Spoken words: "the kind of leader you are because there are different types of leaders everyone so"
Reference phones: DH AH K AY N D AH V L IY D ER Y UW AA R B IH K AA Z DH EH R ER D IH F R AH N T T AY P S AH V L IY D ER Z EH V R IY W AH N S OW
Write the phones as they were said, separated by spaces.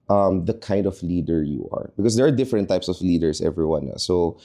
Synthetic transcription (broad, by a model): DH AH K AY N D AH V L IY D ER Y UW AA R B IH K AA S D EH R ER D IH F R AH N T T AY P S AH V L IY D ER S EH V R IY W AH N S OW